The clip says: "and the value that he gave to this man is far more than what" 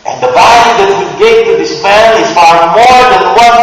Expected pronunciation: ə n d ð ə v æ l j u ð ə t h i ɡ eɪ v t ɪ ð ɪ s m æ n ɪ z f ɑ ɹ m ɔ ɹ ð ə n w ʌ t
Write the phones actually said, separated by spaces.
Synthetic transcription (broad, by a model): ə n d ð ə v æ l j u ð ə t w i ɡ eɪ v t ɪ ð ɪ s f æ l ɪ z f ɑ ɹ m ɔ ɹ ð ə n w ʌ